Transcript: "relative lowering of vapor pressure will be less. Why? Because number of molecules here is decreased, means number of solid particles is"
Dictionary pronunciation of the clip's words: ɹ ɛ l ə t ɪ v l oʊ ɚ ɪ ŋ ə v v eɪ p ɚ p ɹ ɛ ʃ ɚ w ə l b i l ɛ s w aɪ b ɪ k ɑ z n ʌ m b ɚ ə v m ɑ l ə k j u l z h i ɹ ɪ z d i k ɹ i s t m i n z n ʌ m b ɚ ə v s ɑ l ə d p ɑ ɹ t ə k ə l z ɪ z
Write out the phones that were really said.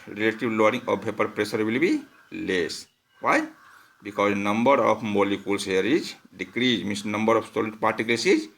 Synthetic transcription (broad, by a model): ɹ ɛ l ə t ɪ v l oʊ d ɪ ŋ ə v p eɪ p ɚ p ɹ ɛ s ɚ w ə l b i l ɛ s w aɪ b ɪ k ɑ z n ʌ m b ɚ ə p m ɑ l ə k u l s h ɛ ɹ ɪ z d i k ɹ i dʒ m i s n ʌ m b ɚ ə p s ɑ l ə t p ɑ ɹ t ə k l s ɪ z